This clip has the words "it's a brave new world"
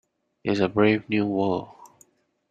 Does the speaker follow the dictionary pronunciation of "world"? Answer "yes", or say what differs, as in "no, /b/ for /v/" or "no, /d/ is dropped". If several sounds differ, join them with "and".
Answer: no, /d/ is dropped